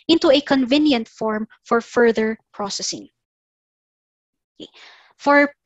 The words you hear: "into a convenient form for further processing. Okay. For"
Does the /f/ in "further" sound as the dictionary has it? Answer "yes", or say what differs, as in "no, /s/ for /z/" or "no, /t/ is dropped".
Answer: yes